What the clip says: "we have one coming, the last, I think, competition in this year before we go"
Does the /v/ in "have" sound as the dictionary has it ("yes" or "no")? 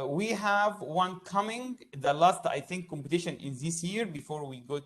yes